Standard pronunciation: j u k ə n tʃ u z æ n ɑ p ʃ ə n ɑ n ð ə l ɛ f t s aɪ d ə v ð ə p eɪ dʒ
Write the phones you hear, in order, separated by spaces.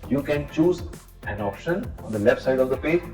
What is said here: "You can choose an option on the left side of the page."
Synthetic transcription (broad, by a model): j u k ə n tʃ u z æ n ɑ p ʃ ə n ɑ n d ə l ɛ f t s aɪ d ə v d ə p eɪ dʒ